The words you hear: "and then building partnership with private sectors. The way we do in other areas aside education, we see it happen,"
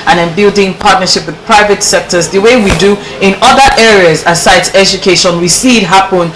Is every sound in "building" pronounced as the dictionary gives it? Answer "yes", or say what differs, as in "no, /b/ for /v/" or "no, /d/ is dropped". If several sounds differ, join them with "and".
yes